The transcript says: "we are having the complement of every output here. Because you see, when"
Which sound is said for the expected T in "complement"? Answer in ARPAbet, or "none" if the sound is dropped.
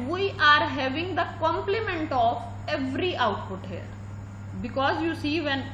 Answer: T